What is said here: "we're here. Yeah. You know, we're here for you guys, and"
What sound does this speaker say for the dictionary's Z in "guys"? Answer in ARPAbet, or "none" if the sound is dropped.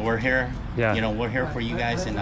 Z